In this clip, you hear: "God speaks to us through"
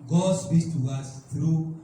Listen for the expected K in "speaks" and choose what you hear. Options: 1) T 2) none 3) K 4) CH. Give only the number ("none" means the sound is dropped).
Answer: 2